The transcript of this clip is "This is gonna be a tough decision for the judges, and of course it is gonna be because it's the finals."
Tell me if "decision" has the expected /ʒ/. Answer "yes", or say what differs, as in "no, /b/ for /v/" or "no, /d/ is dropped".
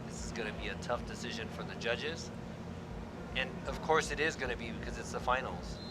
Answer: yes